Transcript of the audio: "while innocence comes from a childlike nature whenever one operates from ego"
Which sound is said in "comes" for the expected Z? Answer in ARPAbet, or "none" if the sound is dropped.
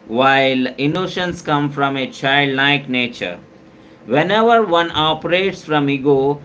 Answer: none